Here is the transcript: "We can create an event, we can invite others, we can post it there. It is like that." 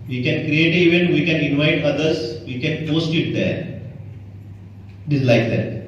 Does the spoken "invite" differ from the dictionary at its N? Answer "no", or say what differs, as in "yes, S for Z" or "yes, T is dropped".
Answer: no